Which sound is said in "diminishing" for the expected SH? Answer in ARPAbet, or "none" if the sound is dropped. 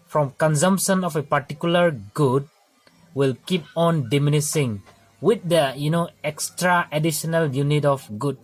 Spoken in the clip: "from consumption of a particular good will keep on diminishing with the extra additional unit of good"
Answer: S